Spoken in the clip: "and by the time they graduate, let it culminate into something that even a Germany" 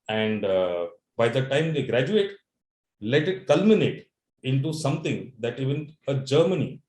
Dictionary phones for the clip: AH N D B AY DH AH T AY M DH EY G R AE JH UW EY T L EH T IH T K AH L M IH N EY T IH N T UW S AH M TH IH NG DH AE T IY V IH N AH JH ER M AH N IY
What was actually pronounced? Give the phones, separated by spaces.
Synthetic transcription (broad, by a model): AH N D B AY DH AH T AY M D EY G R AE JH UW EY T L EH T IH T K AH L M IH N EY T IH N T UW S AH M T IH NG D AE T IY V IH N AH JH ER M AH N IY